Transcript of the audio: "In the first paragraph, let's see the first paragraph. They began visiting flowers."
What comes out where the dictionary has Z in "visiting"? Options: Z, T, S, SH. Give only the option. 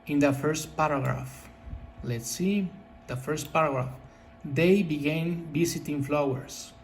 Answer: S